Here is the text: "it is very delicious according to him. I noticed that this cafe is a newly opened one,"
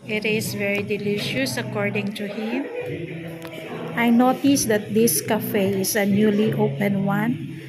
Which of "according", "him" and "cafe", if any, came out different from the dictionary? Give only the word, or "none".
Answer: none